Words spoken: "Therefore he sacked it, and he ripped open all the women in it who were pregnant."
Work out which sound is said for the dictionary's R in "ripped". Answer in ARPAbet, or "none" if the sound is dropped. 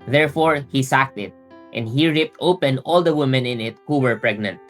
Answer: R